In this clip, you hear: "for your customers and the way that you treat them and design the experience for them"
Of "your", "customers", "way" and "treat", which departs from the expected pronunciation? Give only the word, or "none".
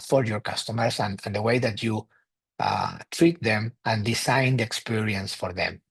customers